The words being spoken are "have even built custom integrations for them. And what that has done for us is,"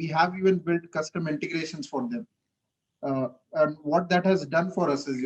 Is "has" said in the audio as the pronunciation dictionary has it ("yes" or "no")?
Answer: yes